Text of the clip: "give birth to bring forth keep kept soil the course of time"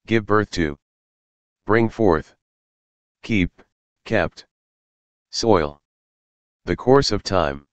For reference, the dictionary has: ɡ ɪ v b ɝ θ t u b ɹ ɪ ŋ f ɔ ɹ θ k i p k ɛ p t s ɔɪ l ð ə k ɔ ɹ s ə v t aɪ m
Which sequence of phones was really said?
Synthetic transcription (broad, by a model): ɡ ɪ v b ɝ θ t u b ɹ ɪ ŋ f ɔ ɹ θ k i p k ɛ p t s ɔɪ l ð ə k ɔ ɹ s ə v t aɪ m